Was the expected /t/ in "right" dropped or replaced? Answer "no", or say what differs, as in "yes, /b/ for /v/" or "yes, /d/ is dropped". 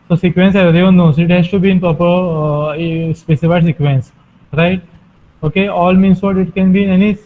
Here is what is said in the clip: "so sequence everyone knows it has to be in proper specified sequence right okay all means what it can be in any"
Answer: no